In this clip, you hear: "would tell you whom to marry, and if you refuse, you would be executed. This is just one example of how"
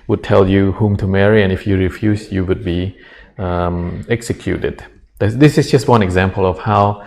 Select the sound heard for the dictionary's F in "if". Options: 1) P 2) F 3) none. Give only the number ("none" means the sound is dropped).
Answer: 2